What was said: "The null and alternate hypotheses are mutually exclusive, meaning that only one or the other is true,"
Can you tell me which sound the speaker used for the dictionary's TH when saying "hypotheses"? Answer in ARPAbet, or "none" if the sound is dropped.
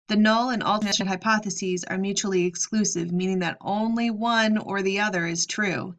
TH